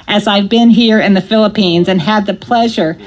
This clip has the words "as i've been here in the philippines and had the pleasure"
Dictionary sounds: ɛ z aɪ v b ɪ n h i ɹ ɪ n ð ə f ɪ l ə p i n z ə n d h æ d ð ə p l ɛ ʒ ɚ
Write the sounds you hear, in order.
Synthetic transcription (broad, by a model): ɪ z aɪ v b ɪ n h i ɹ ɪ n ð ə f ɪ l ə p i n z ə n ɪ d ð ə p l ɛ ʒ ɚ